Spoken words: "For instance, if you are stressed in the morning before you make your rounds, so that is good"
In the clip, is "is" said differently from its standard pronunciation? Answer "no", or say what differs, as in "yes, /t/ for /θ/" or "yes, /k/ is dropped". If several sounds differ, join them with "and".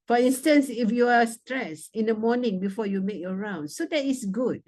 yes, /s/ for /z/